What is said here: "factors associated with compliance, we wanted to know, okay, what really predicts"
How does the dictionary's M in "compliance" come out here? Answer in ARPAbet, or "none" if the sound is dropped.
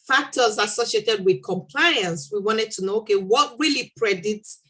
M